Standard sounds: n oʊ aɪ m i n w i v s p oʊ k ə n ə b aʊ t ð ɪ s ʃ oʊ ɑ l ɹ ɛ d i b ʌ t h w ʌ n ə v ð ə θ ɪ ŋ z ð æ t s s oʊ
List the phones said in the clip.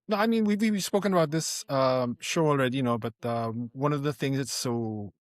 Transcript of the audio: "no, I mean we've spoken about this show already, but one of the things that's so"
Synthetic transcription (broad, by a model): n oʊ aɪ m i n w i w s p oʊ k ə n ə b aʊ t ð ɪ s ʃ oʊ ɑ l ɹ ɛ d i b ʌ t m w ʌ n ə v ð ə θ ɪ ŋ z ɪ t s s oʊ